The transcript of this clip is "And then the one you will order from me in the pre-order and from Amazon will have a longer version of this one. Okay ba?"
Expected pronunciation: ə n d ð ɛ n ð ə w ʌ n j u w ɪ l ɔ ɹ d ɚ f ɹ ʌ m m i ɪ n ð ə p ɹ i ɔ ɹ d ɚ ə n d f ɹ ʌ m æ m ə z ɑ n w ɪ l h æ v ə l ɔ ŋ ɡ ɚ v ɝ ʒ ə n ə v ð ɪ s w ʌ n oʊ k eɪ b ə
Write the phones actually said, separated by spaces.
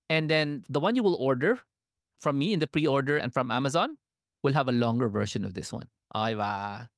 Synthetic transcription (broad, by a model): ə n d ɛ n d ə w ʌ n j u w ɪ l ɔ ɹ d ɚ f ɹ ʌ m m i ɪ n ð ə p ɹ i ɔ ɹ d ɚ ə n f ɹ ʌ m æ m ə z ɑ n w ɪ l h æ v ə l ɔ ŋ ɡ ɚ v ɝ ʃ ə n ə v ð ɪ s w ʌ n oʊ ɪ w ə